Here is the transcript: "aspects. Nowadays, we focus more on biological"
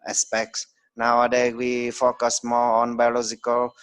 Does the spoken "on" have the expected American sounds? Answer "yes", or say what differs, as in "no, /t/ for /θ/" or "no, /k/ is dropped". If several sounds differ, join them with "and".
yes